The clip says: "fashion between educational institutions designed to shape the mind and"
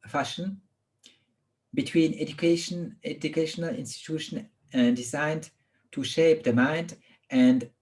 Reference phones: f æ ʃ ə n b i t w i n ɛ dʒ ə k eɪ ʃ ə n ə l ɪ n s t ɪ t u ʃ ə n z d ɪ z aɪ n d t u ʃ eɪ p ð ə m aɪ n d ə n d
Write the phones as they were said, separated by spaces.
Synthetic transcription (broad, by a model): f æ ʃ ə n b i t w i n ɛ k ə k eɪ ʃ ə n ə l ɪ n s t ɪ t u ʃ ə n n d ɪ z aɪ n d t u ʃ eɪ p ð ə m aɪ n d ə n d